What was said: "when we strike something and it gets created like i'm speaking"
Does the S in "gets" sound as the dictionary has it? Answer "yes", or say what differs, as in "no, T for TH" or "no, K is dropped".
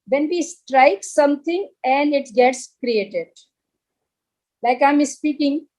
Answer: yes